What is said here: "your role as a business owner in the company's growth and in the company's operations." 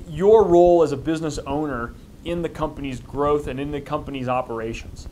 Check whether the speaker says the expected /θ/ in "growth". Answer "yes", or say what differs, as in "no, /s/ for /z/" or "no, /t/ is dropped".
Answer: yes